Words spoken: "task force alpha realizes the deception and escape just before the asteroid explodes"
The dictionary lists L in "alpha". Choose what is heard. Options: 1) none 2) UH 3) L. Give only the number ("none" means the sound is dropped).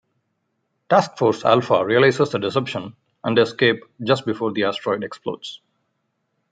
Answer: 3